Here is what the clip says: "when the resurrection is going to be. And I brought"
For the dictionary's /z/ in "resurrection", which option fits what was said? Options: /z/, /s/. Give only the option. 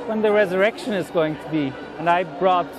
/z/